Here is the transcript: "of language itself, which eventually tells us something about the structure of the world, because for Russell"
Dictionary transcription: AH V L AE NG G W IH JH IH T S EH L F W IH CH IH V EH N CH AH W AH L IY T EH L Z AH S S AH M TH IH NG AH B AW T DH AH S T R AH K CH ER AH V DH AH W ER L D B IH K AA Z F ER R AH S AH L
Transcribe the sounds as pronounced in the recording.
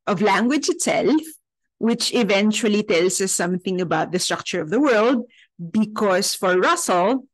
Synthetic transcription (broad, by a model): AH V L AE NG G W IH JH IH T S EH L F W IH CH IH V EH N CH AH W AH L IY T EH L S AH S S AH M TH IH NG AH B AW T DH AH S T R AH K CH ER AH V DH AH W ER L D B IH K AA S F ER R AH S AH L